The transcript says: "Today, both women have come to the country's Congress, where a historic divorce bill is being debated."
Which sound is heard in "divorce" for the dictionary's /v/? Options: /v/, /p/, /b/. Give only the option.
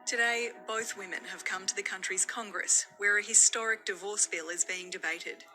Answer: /v/